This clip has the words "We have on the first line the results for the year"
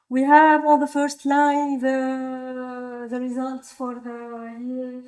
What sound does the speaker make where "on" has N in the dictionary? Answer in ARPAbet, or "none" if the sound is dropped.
L